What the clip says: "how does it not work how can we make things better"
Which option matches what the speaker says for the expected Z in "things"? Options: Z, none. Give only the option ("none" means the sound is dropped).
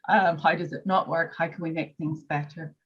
Z